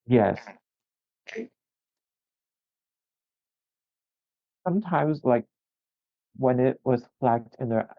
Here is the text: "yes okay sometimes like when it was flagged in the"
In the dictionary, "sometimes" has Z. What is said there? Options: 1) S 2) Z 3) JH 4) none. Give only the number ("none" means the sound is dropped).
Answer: 2